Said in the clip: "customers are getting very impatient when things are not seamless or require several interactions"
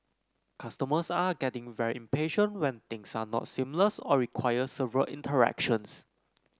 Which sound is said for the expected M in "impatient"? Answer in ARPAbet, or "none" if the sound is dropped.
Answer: M